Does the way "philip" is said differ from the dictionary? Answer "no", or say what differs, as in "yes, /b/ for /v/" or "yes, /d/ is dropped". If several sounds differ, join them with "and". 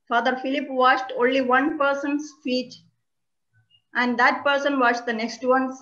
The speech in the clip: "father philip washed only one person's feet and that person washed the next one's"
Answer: no